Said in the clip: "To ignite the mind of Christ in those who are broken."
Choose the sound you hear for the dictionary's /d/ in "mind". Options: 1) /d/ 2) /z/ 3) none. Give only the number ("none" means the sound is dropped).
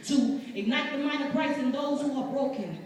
3